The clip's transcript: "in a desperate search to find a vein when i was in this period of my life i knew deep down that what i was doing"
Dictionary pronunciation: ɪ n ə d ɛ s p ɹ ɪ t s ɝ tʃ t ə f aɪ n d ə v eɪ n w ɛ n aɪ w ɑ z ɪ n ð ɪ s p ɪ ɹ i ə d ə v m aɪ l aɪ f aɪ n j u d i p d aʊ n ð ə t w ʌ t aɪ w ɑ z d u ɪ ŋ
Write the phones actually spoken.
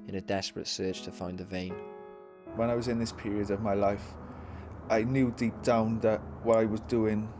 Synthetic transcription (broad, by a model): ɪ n ə d ɛ s p ɹ ɪ t s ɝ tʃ t ə f aɪ n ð ə v eɪ n w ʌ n aɪ w ɑ z ɪ n ð ɪ s p ɪ ɹ i ə d ə v m aɪ l aɪ f aɪ n j u d i p d aʊ n ð ə t w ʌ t aɪ w ɑ z d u ɪ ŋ